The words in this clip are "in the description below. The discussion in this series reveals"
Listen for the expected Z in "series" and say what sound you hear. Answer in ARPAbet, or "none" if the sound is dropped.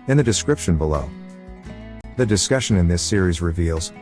Z